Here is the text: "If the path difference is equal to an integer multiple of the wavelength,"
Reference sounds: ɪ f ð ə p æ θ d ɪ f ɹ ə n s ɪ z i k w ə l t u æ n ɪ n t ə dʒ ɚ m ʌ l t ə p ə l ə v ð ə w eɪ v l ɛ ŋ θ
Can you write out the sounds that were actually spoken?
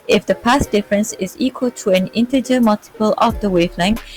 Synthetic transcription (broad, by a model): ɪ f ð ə p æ s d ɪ f ɹ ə n s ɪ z i k w ə l t u æ n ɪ n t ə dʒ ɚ m ʌ l t ə p ə l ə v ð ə w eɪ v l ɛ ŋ